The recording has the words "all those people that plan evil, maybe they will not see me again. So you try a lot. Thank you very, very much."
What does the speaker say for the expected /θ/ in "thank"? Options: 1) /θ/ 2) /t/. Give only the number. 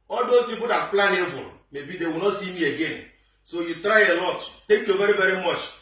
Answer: 2